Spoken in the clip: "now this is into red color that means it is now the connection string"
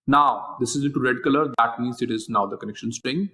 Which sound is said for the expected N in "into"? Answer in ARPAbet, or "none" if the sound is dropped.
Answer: none